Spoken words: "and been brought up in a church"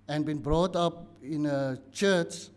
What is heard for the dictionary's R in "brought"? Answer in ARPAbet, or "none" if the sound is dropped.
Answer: R